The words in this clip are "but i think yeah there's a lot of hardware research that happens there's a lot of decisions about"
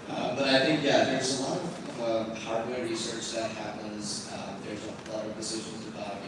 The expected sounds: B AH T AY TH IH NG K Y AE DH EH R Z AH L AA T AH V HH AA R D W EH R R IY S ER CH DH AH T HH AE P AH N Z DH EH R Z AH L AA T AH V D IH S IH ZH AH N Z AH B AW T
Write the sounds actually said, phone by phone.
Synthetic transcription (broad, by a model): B AH T AY TH IH NG K Y AE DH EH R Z AH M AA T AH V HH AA R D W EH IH R IY S ER CH DH AH T HH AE P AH N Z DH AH R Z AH L AA T AH V D IH S IH ZH AH N Z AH B AW T